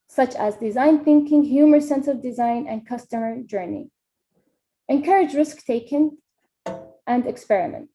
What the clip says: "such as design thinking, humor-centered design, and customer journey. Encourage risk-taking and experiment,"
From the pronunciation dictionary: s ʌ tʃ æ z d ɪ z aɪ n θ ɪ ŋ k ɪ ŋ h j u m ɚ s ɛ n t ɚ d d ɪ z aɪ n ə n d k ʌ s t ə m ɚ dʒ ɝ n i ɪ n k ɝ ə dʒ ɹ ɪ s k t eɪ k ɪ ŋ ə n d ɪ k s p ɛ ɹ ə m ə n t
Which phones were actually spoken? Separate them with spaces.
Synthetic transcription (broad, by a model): s ʌ tʃ æ z d ɪ z aɪ n θ ɪ ŋ k ɪ ŋ h j u m ɚ s ɛ n s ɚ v d ɪ z aɪ n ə n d k ʌ s t ə m ɚ dʒ ɝ n i ɪ n k ɝ ə dʒ ɹ ɪ s k t eɪ k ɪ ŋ ə n d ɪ k s p ɛ ɹ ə m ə n t